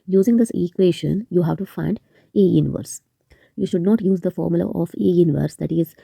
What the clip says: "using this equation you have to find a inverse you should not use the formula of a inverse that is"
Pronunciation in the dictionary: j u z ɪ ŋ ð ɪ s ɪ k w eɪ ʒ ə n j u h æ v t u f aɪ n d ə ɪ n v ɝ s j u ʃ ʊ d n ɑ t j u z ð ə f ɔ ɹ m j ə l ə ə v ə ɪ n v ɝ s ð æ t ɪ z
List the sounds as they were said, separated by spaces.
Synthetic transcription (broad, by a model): j u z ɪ ŋ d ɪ s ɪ k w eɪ ʃ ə n j u h æ v t u f aɪ n d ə ɪ n v ɝ s j u ʃ ʊ d n ɑ t j u z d ə f ɔ ɹ m j ə l ə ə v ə ɪ n v ɝ s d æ t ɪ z